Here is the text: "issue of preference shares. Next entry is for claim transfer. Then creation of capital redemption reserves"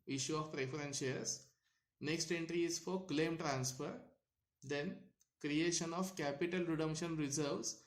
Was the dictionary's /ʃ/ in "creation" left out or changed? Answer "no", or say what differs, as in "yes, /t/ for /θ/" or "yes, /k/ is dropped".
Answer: no